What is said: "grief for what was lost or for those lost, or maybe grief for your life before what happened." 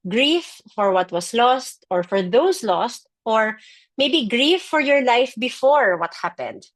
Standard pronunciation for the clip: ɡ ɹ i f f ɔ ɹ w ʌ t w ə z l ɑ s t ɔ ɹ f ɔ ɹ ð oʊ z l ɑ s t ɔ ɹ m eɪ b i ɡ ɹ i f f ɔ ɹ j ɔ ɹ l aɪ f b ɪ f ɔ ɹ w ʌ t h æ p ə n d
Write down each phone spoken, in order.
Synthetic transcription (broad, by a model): ɡ ɹ i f f ɔ ɹ w ʌ t w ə s l ɑ s t ɔ ɹ f ɔ ɹ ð oʊ s l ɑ s t ɔ ɹ m eɪ b i ɡ ɹ i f f ɔ ɹ j ɔ ɹ l aɪ f b ɪ f ɔ ɹ w ʌ t h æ p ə n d